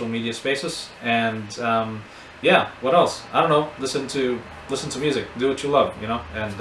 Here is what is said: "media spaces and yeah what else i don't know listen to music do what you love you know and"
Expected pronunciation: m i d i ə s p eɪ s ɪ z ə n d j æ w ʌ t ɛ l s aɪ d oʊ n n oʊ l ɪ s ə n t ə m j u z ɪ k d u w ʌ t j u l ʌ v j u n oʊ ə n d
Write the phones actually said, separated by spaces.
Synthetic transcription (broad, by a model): m i d i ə s p eɪ s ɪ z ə n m j æ w ʌ t ɛ l s aɪ d oʊ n n oʊ l ɪ s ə n t ə m j u z ɪ k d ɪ w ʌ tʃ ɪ l ʌ v j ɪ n oʊ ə n